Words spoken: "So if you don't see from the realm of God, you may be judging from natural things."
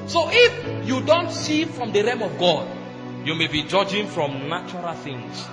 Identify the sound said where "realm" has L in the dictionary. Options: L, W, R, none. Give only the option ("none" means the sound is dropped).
none